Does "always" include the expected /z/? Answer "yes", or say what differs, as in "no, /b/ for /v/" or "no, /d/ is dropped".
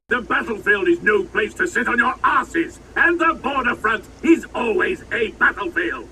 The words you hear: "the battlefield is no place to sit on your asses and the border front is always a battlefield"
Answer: yes